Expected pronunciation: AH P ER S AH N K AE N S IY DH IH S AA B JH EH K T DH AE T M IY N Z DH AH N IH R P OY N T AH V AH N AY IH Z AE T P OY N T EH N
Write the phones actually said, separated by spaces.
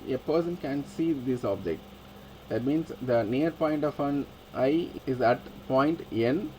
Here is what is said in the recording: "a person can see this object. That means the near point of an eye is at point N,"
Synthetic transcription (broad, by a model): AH P ER S AH N K AE N S IY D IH S AA B JH EH K T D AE T M IY N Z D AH N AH R P OY N T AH F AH N AY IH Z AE T P OY N T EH N